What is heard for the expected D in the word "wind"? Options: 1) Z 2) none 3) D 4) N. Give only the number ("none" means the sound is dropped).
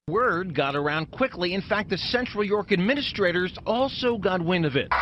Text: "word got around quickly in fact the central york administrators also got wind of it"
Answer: 2